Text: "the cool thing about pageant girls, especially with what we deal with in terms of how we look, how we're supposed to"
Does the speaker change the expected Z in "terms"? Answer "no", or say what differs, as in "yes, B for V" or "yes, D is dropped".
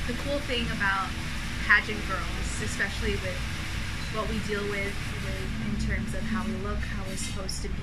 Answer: no